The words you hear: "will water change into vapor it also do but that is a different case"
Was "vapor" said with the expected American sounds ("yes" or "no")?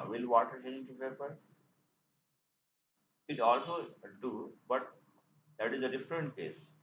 no